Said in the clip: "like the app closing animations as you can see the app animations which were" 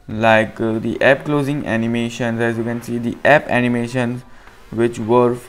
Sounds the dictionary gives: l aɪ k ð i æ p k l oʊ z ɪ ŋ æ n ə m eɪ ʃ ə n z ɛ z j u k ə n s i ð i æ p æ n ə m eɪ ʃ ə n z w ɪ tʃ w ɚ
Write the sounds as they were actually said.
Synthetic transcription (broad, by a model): l aɪ k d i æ p k l oʊ z ɪ ŋ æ n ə m eɪ ʃ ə n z ɛ z j u k ə n s i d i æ p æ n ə m eɪ ʃ ə n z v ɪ tʃ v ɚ